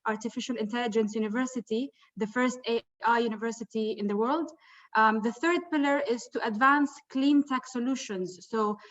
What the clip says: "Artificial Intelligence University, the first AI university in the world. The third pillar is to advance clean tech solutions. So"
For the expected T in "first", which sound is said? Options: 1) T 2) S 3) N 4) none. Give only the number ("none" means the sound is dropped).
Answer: 1